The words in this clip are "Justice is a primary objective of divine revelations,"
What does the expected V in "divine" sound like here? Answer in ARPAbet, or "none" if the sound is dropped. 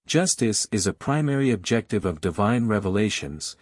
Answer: V